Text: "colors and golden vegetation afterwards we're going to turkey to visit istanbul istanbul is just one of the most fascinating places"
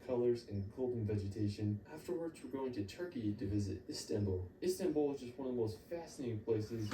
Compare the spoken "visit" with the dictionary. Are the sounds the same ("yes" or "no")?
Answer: yes